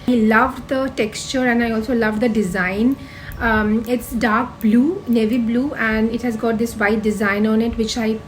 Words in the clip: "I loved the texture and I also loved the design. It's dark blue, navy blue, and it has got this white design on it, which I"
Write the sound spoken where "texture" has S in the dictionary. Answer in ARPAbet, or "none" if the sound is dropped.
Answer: S